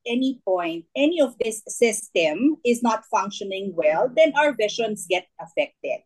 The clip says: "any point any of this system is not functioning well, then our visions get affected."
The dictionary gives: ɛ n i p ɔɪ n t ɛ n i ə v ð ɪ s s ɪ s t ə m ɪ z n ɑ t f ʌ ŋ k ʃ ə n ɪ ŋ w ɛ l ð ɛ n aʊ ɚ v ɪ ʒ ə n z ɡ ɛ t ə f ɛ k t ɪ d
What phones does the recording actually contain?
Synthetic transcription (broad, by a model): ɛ n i p ɔɪ n t ɛ n i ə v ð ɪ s s ɪ s t ə m ɪ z n ɑ t f ʌ ŋ k ʃ ə n ɪ ŋ w ɛ l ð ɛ n aʊ ɚ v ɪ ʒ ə n s ɡ ɛ t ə f ɛ k t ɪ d